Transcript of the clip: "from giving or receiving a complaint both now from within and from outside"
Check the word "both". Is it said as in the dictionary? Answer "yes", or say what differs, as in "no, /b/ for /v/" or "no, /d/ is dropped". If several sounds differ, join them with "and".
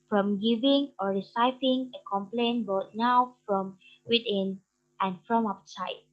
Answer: no, /t/ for /θ/